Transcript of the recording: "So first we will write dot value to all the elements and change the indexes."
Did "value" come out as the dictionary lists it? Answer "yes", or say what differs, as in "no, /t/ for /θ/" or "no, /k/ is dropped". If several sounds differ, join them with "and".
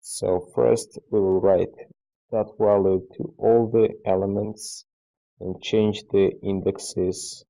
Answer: no, /w/ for /v/